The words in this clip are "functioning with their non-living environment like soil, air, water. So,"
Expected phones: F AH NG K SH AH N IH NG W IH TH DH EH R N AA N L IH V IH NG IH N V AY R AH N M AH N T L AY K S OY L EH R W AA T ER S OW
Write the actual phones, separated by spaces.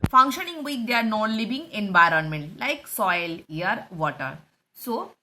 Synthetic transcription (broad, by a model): F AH NG K SH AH N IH NG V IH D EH R N AA N L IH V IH NG IH N V AY R AH N M AH N T L AY K S OY L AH R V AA T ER S OW